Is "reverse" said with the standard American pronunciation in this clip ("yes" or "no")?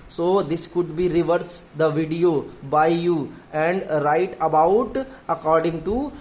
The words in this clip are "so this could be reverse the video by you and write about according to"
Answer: yes